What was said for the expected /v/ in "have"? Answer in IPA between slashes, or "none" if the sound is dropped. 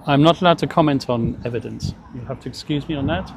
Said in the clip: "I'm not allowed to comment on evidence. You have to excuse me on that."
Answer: /f/